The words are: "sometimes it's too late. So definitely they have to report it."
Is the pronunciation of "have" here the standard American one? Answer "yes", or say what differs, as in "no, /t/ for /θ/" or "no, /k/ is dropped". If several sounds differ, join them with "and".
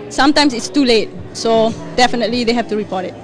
no, /f/ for /v/